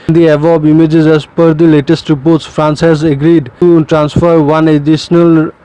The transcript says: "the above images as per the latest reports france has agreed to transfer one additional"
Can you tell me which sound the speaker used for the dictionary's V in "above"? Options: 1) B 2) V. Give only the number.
1